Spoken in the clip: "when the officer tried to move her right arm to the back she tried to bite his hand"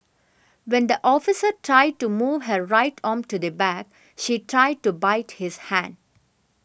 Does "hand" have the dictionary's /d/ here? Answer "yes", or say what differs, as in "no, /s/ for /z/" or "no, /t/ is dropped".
yes